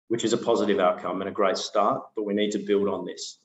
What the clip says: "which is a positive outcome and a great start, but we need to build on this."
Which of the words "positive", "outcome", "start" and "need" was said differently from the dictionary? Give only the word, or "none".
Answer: none